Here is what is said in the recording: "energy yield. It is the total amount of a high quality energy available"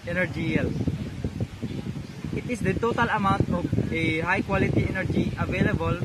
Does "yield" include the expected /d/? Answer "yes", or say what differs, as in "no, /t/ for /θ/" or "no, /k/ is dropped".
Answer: no, /d/ is dropped